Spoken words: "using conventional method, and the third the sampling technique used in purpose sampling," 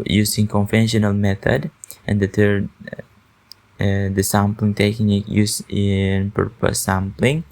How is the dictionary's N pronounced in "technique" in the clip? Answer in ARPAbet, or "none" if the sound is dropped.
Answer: none